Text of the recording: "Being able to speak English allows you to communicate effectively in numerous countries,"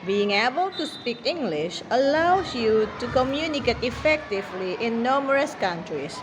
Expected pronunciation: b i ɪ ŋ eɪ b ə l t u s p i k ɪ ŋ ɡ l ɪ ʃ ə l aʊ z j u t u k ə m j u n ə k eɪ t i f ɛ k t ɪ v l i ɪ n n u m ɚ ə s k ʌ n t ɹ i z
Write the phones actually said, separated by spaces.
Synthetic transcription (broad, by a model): b i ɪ ŋ eɪ b ə l t u s p i k ɪ ŋ ɡ l ɪ ʃ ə l aʊ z j u t u k ə m j u n ə k eɪ t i f ɛ k t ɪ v l i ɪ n n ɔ m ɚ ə s k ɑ n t ɹ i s